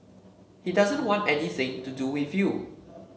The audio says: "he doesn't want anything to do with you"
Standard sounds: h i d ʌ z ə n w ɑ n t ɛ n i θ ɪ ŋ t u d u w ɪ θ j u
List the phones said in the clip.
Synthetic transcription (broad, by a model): h i d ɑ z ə n w ɑ n t ɛ n i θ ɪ ŋ t u d u w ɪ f j u